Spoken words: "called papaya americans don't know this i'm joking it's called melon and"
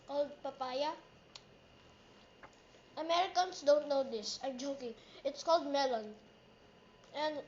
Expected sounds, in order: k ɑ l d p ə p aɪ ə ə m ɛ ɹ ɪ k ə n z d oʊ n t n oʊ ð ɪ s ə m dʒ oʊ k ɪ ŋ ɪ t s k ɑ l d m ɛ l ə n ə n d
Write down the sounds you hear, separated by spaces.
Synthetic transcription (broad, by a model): k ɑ l d p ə p aɪ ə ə m ɛ ɹ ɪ k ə n s d oʊ n t n oʊ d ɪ s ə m dʒ oʊ k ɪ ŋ ɪ t s k ɑ l d m ɛ l ə n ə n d